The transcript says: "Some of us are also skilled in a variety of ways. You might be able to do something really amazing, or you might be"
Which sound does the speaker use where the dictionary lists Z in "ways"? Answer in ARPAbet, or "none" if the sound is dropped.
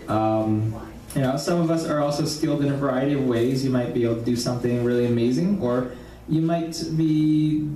Z